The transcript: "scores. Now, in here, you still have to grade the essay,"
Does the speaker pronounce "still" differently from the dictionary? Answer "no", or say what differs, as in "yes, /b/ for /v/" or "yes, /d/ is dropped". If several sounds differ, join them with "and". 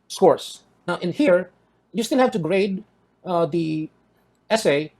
yes, /n/ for /l/